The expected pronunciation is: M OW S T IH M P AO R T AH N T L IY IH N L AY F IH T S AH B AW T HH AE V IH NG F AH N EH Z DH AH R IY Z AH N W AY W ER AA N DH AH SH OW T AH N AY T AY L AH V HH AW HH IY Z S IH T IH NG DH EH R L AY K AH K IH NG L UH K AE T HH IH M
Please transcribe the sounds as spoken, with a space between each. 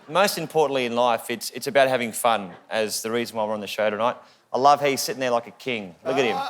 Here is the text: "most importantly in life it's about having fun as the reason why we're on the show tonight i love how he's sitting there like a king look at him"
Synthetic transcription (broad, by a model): M OW S T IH M P AO R T N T L IY IH N L AY F IH T S AH B AW T HH AE V IH NG F AH N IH Z DH AH R IY Z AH N W AY W ER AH N DH AH SH OW T AH N AY T AY L AH V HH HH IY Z S IH T IH NG DH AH R L AY K AH K IH NG L UH K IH T HH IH M